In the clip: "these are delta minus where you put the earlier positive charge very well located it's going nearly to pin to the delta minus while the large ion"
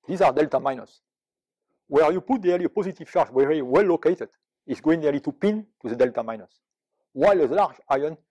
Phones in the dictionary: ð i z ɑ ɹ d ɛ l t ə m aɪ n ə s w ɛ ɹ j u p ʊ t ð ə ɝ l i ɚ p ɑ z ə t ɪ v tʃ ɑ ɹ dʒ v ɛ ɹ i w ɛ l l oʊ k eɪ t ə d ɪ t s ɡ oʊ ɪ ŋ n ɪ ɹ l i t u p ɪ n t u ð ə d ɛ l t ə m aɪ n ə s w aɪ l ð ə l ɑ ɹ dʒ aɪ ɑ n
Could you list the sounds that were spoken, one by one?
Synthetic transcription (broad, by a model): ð i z ɑ ɹ d ɛ l t ə m aɪ n ə s w ɛ ɹ j u p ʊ t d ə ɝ l i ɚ p ɑ z ə t ɪ v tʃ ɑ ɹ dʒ w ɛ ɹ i w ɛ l l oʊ k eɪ t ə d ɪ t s ɡ oʊ ɪ ŋ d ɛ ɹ l i t u p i n t u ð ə d ɛ l t ə m aɪ n ə s w aɪ l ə l ɑ ɹ dʒ aɪ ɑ n